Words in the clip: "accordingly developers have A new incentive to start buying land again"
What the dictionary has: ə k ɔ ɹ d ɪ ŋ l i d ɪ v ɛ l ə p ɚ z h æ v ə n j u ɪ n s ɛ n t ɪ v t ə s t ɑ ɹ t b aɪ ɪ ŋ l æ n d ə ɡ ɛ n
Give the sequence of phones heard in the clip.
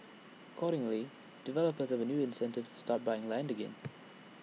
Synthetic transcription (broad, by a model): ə k ɔ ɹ d ɪ ŋ l i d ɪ v ɛ l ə p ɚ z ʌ v ə n j u ɪ n s ɛ n t ɪ v t ə s t ɑ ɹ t b aɪ ɪ ŋ l æ n d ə ɡ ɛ n